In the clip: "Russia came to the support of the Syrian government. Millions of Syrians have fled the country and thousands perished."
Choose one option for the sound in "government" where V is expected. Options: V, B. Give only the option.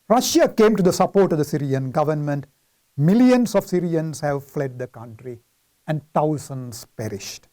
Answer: V